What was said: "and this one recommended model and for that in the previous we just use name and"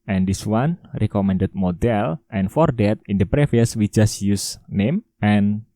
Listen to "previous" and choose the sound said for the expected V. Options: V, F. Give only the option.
F